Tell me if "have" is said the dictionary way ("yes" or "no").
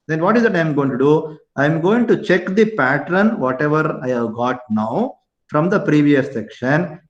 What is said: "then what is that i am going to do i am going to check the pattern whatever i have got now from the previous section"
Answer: yes